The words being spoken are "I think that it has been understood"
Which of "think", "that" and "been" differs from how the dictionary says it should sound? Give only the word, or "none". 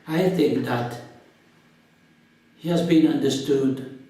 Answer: none